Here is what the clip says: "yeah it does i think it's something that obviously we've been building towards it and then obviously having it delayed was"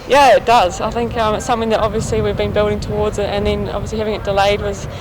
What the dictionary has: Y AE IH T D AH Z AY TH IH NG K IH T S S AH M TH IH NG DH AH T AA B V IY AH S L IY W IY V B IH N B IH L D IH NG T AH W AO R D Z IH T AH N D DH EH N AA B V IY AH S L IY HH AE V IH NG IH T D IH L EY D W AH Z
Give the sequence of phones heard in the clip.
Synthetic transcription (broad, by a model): Y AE IH T D AH Z AY TH IH NG K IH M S S AH M TH IH NG DH AH T AA B V IY AH S L IY W IY V B IH N B IH L D IH NG T AH W AO R D Z IH T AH N DH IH N AA B V IY AH S L IY HH AE V IH NG IH T D IH L EY D W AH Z